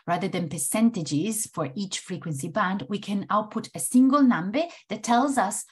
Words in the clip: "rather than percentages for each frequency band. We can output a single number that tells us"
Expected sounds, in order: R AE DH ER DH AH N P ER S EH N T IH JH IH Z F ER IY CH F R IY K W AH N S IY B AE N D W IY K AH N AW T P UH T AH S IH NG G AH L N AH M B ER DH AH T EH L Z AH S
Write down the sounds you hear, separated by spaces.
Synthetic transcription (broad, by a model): R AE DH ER DH AH N P ER S EH N T IH JH IH Z F ER IY CH F R IY K W AH N S IY B AE N D W IY K AH N AW T P UH T AH S IH NG G AH L N AH M B ER DH AH T EH L Z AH S